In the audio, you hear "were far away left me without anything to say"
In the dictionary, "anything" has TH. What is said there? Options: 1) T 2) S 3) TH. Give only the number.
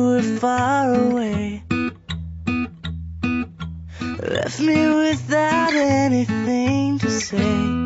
3